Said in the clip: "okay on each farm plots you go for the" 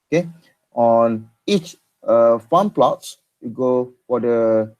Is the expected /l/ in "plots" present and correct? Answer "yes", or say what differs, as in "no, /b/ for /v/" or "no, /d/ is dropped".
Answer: yes